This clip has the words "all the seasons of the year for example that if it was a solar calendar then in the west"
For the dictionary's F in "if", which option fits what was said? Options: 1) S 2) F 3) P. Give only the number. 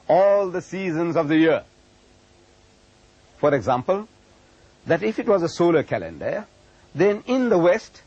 2